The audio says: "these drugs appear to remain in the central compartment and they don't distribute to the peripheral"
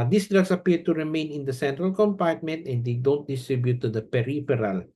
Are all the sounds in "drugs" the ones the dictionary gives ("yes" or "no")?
no